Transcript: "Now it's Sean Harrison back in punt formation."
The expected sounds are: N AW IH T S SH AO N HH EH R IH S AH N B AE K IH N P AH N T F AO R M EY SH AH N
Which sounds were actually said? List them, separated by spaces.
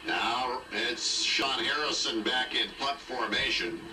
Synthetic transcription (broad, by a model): N AW IH T S SH AO N HH EH R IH S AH N B AE K IH N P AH T F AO R M EY SH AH N